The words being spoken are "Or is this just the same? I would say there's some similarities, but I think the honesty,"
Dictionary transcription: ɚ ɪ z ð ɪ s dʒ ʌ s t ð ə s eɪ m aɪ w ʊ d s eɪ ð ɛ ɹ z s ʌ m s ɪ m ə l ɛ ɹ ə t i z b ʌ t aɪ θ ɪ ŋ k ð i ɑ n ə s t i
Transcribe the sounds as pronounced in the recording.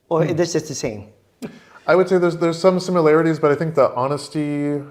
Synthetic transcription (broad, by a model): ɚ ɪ ð ɪ s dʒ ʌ s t ð ə s eɪ m aɪ w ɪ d s eɪ ð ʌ ɹ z s ʌ m s ɪ m ə l ɛ ɹ ə t i z b ʌ t aɪ θ ɪ ŋ k ð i ɑ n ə s t i